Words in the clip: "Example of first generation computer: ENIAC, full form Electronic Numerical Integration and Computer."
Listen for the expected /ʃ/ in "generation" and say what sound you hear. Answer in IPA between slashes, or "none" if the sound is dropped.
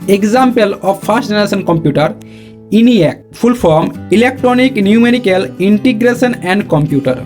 /s/